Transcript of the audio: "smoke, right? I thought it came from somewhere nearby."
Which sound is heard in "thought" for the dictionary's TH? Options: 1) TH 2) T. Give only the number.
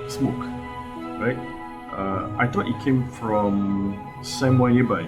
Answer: 2